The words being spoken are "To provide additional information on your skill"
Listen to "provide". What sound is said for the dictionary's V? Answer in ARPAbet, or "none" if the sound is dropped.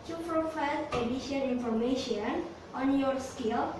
F